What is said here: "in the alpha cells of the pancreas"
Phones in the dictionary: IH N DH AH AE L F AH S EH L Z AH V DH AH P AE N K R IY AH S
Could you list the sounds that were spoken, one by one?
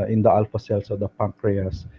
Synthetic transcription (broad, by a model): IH N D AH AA L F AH S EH L S AH V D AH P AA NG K R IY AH S